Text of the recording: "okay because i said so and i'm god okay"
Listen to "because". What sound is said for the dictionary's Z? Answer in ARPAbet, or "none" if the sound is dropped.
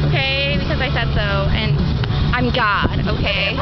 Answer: Z